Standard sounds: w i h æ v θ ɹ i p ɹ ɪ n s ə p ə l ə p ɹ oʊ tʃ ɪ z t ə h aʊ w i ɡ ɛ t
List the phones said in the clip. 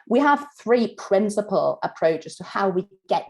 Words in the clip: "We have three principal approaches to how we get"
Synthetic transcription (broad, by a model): w i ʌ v θ ɹ i p ɹ ɪ n s ə p ə l ə p ɹ oʊ tʃ ɪ z t ə h aʊ w i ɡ ɛ t